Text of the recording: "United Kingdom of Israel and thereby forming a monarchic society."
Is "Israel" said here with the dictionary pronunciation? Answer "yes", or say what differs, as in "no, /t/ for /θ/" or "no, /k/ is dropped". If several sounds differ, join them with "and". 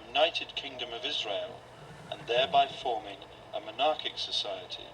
yes